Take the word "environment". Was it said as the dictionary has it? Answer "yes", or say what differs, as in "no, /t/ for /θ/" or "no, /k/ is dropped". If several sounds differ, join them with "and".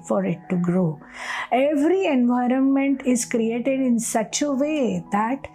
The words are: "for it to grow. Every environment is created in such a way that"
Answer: yes